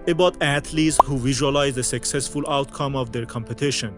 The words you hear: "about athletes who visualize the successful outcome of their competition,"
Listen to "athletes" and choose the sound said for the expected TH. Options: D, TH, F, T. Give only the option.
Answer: T